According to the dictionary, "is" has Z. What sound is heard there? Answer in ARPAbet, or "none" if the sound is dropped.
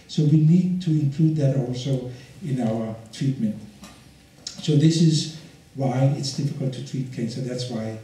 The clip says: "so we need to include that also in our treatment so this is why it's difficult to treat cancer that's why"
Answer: Z